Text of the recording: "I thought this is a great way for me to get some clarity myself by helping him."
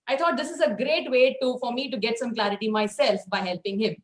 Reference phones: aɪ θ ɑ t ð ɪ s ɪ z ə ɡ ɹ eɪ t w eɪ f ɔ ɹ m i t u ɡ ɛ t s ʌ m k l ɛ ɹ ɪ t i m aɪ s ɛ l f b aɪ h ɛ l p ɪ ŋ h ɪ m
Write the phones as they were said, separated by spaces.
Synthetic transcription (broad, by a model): aɪ t ɑ t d ɪ s ɪ z ə ɡ ɹ eɪ t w eɪ f ɔ ɹ m i t u ɡ ɛ t s ʌ m k l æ ɹ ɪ t i m aɪ s ɛ l f b aɪ h ɛ l p ɪ ŋ h ɪ m